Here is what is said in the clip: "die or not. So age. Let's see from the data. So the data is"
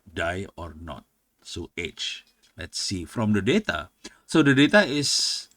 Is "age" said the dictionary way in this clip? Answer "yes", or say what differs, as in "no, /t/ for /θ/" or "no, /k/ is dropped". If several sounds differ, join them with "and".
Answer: no, /tʃ/ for /dʒ/